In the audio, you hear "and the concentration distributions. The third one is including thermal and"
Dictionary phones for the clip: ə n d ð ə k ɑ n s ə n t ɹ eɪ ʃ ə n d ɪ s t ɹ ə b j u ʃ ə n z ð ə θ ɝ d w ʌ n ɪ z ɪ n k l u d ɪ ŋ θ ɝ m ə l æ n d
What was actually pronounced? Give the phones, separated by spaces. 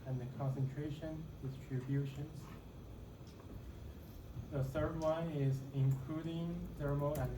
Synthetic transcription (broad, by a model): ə n ð ə k ɑ n s ə n t ɹ eɪ ʃ ə n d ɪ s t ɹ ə b j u ʃ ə n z ð ə θ ɝ d w ʌ n ɪ z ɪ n k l u d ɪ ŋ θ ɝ m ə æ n